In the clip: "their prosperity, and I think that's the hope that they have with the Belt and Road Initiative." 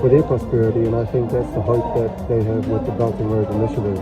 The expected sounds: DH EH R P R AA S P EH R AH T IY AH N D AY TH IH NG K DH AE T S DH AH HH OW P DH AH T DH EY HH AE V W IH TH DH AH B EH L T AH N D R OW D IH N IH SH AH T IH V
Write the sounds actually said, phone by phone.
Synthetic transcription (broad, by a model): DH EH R P R AA S P EH R AH T IY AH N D AY TH IH NG K DH AE T S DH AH HH OW P DH AH T DH EY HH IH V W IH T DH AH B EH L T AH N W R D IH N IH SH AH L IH